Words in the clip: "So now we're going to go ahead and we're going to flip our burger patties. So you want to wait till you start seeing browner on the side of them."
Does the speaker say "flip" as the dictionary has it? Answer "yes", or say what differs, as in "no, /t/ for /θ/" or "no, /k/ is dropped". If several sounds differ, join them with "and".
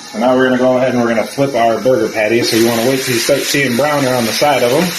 yes